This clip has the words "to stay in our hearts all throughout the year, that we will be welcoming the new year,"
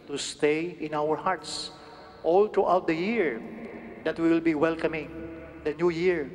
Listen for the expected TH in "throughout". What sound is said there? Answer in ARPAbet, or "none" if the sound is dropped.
T